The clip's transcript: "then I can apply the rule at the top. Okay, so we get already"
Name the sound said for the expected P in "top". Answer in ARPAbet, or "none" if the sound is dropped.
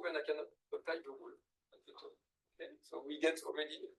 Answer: none